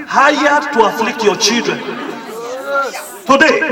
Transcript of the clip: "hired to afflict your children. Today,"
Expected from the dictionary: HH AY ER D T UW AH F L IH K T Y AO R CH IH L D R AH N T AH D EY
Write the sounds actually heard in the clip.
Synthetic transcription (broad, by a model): HH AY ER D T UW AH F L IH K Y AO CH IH D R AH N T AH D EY